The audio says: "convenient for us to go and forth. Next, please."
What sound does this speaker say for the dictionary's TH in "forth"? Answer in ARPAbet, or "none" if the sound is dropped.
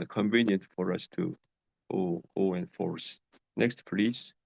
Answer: S